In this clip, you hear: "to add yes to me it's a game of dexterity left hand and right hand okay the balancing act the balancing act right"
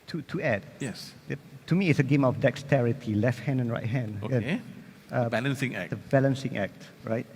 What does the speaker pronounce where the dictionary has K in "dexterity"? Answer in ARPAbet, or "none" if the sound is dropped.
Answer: K